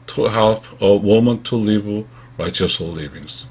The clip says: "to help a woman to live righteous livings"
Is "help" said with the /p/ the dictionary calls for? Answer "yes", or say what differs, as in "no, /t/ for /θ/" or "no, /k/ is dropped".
no, /f/ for /p/